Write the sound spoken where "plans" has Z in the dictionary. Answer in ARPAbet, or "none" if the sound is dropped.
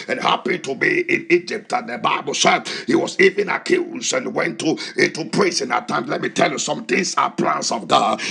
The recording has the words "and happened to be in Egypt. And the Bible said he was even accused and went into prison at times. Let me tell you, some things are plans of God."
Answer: S